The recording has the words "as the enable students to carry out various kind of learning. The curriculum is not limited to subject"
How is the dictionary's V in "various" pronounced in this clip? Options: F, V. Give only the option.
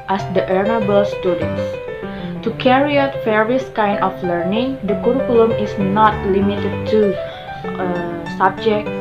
F